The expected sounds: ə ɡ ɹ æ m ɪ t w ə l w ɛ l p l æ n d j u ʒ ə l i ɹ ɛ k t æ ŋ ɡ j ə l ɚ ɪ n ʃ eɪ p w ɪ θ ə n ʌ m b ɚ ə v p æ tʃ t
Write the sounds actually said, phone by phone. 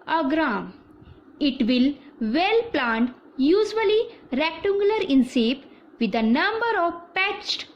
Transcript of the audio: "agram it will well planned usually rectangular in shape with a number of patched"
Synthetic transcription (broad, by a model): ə ɡ ɹ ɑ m ɪ t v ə l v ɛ l p l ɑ n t j u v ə l i ɹ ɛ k t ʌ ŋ ɡ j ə l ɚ ɪ n s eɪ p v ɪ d ə n ʌ m b ɚ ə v p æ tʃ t